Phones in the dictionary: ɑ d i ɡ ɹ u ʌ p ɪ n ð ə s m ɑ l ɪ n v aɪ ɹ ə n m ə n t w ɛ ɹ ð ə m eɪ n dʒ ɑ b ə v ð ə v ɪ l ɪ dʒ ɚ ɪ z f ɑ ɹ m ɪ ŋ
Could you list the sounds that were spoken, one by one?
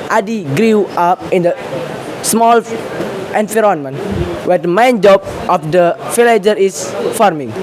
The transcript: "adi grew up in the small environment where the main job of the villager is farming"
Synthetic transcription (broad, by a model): ɑ d i ɡ ɹ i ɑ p ɪ n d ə s m ɑ l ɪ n f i ɹ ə n m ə n w ɛ ɹ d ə m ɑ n dʒ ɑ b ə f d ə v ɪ l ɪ dʒ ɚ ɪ s f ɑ ɹ m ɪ ŋ